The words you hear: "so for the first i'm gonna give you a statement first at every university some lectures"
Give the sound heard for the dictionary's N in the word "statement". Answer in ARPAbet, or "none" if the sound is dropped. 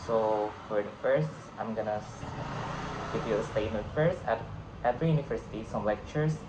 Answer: none